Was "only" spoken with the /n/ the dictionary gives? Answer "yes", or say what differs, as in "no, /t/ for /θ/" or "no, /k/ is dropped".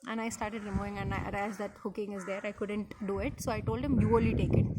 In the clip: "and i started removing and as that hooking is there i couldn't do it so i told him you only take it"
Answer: no, /n/ is dropped